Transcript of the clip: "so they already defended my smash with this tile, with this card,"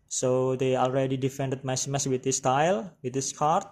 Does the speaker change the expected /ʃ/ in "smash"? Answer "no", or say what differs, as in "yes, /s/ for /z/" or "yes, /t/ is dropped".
yes, /s/ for /ʃ/